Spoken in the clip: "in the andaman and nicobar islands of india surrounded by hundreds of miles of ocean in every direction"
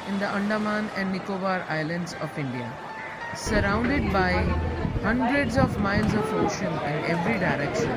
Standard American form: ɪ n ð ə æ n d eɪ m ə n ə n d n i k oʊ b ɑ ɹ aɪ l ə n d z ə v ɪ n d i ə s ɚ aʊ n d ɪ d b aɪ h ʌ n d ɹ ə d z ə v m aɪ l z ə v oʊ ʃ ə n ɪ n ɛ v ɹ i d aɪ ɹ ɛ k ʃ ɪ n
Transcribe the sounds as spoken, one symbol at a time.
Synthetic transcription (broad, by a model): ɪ n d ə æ n d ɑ m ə n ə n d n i k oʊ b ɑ ɹ aɪ l ə n d z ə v ɪ n d i ə s ɚ aʊ n d ɪ d b aɪ h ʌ n d ɹ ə d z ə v m aɪ l z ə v oʊ ʃ ə n ɪ n ɛ v ɹ i d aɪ ɹ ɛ k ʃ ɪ n